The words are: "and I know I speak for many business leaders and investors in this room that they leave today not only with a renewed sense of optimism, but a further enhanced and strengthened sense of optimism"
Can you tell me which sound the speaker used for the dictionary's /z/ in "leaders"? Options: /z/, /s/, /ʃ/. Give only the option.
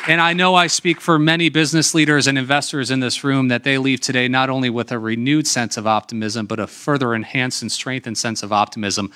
/z/